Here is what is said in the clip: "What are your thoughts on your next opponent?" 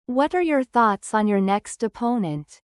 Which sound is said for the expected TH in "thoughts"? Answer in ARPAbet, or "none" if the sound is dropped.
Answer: TH